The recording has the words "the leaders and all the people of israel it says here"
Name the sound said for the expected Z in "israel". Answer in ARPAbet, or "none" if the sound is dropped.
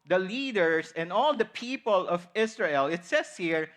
S